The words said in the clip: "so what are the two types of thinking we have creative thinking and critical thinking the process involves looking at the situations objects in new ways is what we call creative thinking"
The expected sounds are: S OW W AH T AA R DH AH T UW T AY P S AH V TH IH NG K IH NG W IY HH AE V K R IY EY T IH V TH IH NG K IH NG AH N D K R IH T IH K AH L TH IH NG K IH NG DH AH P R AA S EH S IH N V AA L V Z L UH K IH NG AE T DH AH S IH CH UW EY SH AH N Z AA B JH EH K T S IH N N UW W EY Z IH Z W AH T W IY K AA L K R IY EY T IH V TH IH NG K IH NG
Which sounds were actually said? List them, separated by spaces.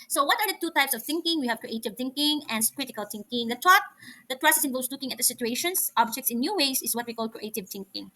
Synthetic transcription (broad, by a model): S OW W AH T AA R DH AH T UW T AY P S AH V TH IH NG K IH NG W IY HH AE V K R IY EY T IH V TH IH NG K IH NG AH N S K R IH T IH K AH L TH IH NG K IH NG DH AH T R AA S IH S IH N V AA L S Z L UH K IH NG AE T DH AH S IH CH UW EY SH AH N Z AA B JH EH K T S IH N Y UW W EY S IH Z W AH T W IY K AA L K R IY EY T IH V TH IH NG K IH NG